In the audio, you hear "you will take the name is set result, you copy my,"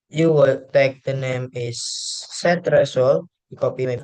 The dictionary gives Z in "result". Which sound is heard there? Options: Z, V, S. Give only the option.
S